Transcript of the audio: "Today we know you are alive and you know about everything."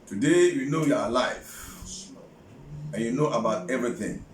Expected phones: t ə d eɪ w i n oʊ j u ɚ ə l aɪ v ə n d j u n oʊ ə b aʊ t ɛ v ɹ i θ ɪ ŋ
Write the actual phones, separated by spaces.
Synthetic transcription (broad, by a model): t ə d eɪ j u n oʊ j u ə l aɪ f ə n j u n oʊ ə b aʊ t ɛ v ɹ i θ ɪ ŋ